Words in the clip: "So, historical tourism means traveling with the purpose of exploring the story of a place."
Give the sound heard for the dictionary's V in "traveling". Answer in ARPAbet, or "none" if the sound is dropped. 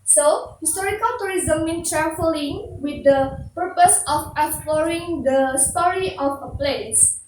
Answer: F